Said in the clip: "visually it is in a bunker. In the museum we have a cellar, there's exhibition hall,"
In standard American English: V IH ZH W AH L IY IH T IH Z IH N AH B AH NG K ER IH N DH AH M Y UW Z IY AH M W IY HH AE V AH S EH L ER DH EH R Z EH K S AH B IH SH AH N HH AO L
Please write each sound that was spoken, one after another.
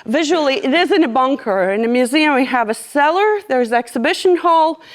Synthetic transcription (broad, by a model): V IH ZH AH L IY IH T IH Z IH N AH B AH NG K ER IH N DH AH M Y UW Z IY AH M W IY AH V AH S EH L ER DH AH R Z EH K S AH B IH SH AH N HH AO L